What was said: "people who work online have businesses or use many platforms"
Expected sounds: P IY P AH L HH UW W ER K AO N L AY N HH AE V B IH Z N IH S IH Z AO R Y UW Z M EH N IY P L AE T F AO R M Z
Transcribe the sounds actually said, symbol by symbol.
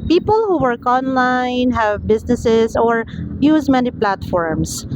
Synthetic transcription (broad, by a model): P IY P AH L HH UW W ER K AO N L AY N HH AE V B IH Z N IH S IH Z AO R Y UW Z M EH N IY P L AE T F AO R M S